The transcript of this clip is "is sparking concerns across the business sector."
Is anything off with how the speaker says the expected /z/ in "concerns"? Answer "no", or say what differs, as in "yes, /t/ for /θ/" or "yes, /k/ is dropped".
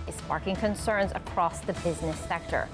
no